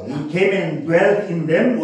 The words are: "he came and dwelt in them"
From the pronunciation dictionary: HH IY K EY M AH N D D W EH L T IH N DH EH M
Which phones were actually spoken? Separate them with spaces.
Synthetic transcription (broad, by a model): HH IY K EY M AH N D D W EH L T IH N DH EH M